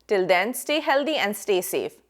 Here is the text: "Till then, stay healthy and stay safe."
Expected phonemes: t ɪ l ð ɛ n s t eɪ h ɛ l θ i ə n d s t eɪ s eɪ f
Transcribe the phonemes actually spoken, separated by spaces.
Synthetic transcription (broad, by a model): t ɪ l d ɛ n s t eɪ h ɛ l t i ə n d s t eɪ s eɪ f